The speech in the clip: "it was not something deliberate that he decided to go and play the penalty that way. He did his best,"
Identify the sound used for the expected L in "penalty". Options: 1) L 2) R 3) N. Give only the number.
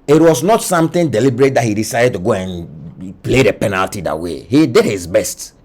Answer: 1